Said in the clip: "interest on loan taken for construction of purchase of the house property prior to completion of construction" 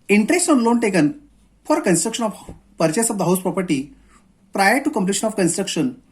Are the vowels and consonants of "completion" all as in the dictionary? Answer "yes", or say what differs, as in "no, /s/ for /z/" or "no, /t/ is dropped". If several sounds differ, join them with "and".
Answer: yes